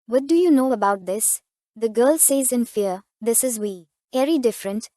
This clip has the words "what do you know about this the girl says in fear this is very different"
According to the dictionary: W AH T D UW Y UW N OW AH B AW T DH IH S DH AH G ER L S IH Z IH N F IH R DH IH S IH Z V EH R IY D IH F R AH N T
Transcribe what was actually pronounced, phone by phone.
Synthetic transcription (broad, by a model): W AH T D UW Y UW N OW AH B AW T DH IH S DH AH G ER L S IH Z IH N F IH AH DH IH S IH Z W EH R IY D IH F R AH N T